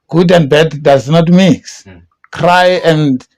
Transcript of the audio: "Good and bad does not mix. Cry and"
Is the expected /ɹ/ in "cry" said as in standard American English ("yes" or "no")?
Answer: yes